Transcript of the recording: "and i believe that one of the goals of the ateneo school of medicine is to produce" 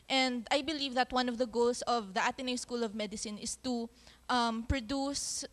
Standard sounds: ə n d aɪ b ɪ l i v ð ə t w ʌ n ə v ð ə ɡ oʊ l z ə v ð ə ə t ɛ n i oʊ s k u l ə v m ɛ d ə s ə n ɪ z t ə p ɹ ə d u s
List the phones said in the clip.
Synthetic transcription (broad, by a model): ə n d aɪ b ɪ l i v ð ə t w ʌ n ə v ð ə ɡ oʊ l s ə v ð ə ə t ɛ n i s k u l ə v m ɛ d ə s ə n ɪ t t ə p ɹ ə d u s